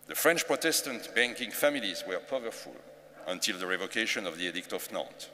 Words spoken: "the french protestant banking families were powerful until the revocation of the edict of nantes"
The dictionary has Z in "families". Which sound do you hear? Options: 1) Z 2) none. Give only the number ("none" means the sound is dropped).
1